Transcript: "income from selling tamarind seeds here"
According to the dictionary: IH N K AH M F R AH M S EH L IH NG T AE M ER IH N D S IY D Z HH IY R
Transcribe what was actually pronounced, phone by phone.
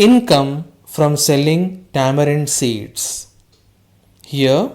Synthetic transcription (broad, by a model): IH N K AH M F R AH M S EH L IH NG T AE M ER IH N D S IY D S HH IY R